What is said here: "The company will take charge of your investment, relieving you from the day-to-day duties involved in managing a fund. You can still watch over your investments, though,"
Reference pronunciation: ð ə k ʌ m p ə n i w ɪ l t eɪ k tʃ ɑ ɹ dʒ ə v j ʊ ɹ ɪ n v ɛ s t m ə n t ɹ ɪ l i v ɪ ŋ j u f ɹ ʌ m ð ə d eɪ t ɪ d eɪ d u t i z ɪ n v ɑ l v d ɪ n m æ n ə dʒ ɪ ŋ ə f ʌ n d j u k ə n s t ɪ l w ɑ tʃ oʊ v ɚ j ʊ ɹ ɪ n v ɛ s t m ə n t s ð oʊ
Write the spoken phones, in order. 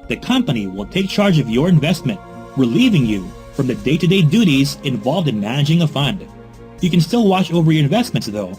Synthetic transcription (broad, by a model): ð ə k ʌ m p ə n i w ɪ l t eɪ k tʃ ɑ ɹ dʒ ə v j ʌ ɹ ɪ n v ɛ s t m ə n t ɹ ɪ l i v ɪ ŋ j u f ɹ ʌ m ð ə d eɪ t ɪ d eɪ d u t i z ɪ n v ɑ l v d ɪ n m æ n ə dʒ ɪ ŋ ə f ʌ n d j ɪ k ə n s t ɪ l w ɑ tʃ oʊ v ɚ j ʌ ɹ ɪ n v ɛ s t m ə n t s ð oʊ